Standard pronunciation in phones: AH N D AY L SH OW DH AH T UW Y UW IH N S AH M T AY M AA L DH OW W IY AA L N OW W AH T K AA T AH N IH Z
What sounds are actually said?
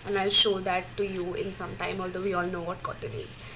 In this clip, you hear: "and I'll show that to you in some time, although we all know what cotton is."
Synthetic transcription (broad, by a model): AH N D AY L SH OW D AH T UW Y UW IH N S AH M T AY M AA L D OW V IY AA L N OW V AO T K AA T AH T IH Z